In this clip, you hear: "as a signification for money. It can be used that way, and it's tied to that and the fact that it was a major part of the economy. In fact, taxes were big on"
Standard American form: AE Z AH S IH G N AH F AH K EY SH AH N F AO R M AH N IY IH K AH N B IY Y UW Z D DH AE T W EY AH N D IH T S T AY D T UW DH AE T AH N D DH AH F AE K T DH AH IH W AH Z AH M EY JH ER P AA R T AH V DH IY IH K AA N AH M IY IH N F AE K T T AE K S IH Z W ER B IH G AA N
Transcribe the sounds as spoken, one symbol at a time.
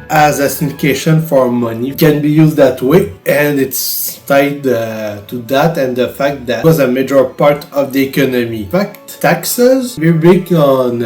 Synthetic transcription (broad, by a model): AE Z AH S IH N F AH K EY SH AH N F AO R M AH N IY K AH N B IY Y UW Z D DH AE T W EY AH N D IH T S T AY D T UW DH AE T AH N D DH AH F AE K T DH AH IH W AH Z AH M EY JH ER P AA R T AH V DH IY IH K AA N AH M IY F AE K T T AE K S IH Z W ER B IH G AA N